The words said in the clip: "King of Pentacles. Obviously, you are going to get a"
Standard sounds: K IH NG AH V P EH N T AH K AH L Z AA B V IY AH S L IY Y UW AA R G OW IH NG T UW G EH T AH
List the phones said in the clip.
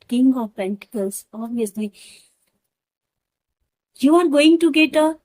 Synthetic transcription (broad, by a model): K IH NG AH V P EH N T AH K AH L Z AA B IY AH S L IY Y UW AA R G OW IH NG T UW G EH T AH